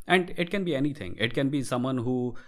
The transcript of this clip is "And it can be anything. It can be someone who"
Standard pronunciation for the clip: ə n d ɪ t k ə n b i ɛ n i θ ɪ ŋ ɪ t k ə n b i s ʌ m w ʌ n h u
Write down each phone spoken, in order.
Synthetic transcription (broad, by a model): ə n d ɪ t k ə n b i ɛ n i t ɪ ŋ ɪ t k ə n b i s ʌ m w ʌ n h u